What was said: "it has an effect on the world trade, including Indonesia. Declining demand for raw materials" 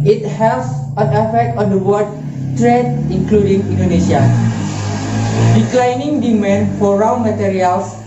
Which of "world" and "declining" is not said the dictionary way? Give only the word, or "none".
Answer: world